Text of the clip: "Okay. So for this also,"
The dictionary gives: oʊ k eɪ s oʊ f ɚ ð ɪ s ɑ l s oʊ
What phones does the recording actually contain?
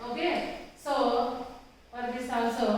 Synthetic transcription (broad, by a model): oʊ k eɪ s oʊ p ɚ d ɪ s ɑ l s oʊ